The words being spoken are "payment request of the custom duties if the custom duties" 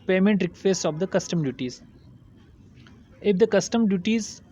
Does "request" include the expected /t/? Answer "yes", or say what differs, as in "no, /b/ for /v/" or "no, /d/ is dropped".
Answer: no, /t/ is dropped